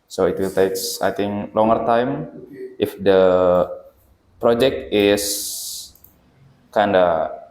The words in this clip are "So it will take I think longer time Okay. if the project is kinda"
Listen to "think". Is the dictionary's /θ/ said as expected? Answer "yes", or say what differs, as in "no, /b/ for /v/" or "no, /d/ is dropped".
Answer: no, /t/ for /θ/